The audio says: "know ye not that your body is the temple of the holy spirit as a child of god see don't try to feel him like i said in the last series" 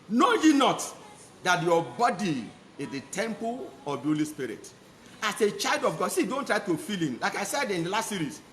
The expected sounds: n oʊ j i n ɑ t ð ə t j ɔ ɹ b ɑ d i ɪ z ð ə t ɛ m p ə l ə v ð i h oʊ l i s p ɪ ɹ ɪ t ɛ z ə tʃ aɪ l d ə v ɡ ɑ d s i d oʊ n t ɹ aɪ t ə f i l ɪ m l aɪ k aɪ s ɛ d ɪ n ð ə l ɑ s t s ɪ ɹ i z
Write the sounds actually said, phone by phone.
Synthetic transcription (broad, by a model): n oʊ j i n ɑ t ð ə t j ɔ b ɑ d i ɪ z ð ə t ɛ m p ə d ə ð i h oʊ l i s p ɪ ɹ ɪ t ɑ s ə tʃ aɪ l d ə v ɡ ɑ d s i d oʊ n t ɹ aɪ t ə f i l ɪ m l aɪ k aɪ s ɛ d ɪ n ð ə l ɑ s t s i ɹ i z